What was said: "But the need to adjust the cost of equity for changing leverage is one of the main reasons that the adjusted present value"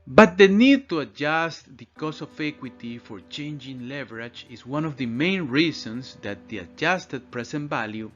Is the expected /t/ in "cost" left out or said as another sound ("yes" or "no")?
yes